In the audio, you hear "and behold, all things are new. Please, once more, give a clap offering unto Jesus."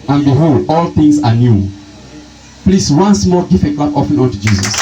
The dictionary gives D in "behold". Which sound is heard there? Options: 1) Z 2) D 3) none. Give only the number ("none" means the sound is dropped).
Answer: 3